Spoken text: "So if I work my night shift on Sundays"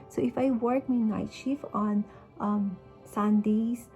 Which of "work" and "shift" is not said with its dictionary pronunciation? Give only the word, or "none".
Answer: shift